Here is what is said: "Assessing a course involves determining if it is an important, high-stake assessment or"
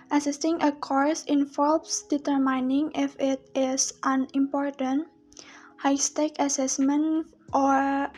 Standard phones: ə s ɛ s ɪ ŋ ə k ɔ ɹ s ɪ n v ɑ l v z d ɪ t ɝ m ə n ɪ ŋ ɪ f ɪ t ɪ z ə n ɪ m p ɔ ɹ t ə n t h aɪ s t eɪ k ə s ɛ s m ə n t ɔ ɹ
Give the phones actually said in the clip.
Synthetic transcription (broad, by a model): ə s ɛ s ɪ ŋ ə k ɔ ɹ s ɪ n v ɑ l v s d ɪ t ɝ m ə n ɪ ŋ ɪ f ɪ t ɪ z ə n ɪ m p ɔ ɹ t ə n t h aɪ s t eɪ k ə s ɛ s m ə n t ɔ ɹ